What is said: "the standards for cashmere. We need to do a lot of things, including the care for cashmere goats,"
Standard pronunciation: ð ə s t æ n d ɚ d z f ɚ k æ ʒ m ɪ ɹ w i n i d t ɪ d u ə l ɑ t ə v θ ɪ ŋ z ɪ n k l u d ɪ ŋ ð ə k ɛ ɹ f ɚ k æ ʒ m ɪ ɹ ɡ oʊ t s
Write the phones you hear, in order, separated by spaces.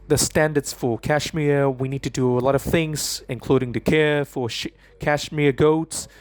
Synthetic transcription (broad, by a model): ð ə s t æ n d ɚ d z f ɚ k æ ʃ m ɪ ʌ w i n i d t ɪ d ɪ ə l ɑ t ə v θ ɪ ŋ z ɪ n k l u d ɪ ŋ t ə k ɛ ɹ f ɚ k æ ʃ m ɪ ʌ ɡ oʊ t s